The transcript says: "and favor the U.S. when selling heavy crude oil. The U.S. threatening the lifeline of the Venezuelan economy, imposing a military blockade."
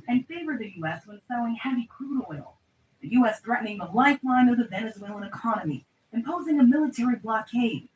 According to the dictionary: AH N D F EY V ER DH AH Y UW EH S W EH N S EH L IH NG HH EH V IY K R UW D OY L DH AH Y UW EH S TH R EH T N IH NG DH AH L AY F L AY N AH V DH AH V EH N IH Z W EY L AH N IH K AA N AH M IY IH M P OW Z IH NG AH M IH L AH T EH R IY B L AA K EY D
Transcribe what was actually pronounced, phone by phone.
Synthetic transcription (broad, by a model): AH N F EY V ER DH AH Y UW EH S W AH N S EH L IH NG HH EH V IY K R UW D OY L DH AH Y UW EH S TH R EH T N IH NG DH AH L AY F L AY N AH V DH AH V EH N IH Z W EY L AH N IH K AA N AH M IY IH M P OW Z IH NG AH M IH L AH T EH R IY B L AA K EY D